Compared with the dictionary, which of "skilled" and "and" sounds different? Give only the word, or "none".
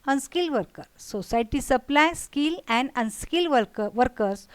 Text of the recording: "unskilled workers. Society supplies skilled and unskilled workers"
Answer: skilled